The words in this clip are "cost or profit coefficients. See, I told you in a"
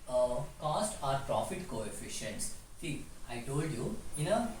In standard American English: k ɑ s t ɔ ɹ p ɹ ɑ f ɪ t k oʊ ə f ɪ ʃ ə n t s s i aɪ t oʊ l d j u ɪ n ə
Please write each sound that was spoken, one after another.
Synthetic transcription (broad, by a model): k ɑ s t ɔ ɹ p ɹ ɑ f ɪ t k oʊ ə f ɪ ʃ ə n t s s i aɪ t oʊ l d j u ɪ n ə